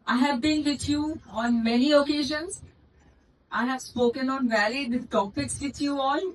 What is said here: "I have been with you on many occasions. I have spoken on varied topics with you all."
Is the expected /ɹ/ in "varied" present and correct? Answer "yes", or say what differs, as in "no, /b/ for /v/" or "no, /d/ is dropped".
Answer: no, /l/ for /ɹ/